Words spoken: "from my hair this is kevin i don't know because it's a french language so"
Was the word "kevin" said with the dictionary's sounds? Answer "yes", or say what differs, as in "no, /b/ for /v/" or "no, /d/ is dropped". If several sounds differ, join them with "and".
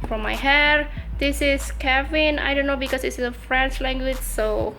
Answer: yes